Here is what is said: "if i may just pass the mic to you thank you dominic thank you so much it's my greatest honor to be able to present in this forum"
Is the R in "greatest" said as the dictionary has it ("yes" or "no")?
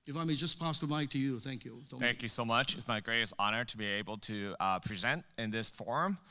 yes